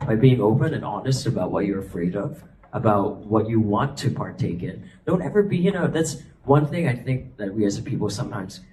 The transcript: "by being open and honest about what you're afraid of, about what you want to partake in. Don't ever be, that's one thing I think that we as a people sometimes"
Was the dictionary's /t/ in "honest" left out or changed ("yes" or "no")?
no